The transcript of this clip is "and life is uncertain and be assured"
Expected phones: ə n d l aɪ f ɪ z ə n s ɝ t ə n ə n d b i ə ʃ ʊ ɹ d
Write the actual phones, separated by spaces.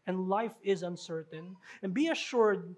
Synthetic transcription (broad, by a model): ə n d l aɪ f ɪ z ə n s ɝ t ə n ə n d b i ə ʃ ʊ ɹ d